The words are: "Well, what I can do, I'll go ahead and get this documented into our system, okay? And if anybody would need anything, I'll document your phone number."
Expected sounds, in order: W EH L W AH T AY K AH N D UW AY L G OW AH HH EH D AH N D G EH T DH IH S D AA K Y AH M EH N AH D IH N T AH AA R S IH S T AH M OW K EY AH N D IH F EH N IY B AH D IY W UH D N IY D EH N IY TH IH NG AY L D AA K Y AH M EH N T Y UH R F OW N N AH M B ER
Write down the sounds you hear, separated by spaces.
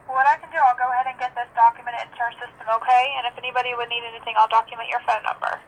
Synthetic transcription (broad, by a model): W W AH T AY K AH N D UW AY L G OW AH HH EH D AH N G EH T DH IH S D AA K Y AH M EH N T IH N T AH R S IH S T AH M OW K EY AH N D IH F EH N IY B AH D IY W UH D N IY D EH N IY TH IH NG AY L D AA K Y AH M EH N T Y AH R F OW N N AH M B ER